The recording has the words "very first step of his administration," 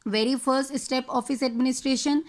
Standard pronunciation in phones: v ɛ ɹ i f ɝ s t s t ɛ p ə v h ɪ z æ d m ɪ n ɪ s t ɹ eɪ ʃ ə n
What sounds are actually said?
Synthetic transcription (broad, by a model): v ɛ ɹ i f ɝ s t s t ɛ p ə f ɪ s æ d m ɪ n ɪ s t ɹ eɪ ʃ ə n